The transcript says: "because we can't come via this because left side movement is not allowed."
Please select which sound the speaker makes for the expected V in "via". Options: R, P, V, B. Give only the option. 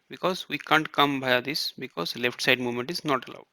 B